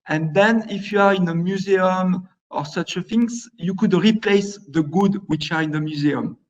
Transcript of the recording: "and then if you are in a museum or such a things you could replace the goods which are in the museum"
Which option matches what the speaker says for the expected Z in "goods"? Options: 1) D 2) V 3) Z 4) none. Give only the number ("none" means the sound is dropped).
4